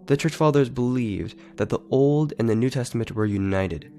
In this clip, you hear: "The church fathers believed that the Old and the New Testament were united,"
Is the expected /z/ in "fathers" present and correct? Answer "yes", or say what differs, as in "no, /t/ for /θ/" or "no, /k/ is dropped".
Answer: yes